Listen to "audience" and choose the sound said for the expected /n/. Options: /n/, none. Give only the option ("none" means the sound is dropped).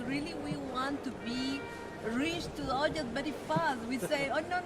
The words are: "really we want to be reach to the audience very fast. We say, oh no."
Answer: none